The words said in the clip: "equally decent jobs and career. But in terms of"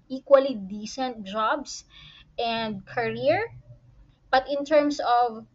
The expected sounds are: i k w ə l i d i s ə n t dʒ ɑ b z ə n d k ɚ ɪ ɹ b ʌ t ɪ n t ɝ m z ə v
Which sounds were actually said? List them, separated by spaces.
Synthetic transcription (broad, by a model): i k w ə l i d i s ə n t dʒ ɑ b s ə n d k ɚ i ɹ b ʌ t ɪ n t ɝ m s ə v